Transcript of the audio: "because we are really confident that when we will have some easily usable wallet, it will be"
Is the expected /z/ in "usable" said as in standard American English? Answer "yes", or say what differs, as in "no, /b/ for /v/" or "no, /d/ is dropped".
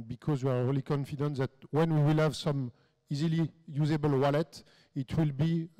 yes